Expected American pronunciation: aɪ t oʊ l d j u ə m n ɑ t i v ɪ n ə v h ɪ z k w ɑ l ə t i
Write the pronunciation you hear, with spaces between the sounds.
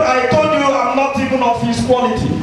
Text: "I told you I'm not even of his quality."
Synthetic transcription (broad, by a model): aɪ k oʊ d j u ə m n ɑ t i v ɪ n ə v h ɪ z k w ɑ l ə t i